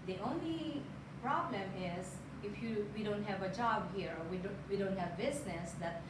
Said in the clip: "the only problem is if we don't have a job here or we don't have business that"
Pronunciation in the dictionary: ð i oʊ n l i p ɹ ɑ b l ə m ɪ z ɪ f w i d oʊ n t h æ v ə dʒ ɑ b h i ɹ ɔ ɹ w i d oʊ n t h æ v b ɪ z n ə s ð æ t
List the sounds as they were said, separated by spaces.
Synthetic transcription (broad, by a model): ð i oʊ n l i p ɹ ɑ b l ə m ɪ z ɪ f w i d oʊ n t h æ v ə dʒ ɑ b h i ɹ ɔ w w i d oʊ n t h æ v b ɪ z n ə s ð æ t